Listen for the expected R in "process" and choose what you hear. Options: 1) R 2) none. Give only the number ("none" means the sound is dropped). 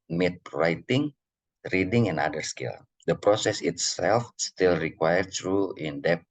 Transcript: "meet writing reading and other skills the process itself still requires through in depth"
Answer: 1